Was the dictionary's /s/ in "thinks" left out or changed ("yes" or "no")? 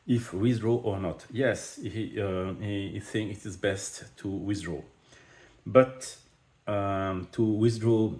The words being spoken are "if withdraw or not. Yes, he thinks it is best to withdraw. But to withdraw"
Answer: yes